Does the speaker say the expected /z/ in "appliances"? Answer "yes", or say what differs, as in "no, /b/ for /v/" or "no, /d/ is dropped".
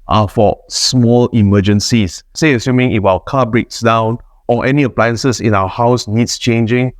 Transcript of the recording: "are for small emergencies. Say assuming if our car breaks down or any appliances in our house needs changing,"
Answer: no, /s/ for /z/